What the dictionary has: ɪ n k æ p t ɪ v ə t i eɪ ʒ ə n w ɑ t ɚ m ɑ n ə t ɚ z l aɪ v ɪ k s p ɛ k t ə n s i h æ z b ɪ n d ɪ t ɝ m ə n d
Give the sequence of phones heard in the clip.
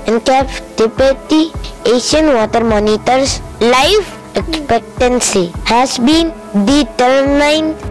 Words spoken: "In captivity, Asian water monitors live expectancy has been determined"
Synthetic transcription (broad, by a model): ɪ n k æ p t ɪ p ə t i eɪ ʃ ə n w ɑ t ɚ m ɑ n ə t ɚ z l aɪ f ɪ k s p ɛ k t ə n s i h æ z b ɪ n d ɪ t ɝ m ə n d